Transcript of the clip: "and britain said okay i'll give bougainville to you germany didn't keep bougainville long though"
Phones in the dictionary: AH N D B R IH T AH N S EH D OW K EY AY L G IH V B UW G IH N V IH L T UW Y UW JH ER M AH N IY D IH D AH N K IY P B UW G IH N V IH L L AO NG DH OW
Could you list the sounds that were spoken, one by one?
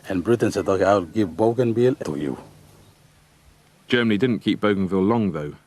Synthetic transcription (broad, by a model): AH N B R IH T AH N S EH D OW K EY AY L G IH V B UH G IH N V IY L T UW Y UW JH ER M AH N IY D IH D N K IY P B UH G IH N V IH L L AO NG DH OW